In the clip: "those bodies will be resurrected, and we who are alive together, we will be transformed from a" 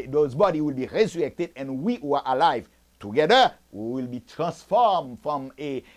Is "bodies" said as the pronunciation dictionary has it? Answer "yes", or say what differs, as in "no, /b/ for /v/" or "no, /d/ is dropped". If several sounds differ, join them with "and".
no, /z/ is dropped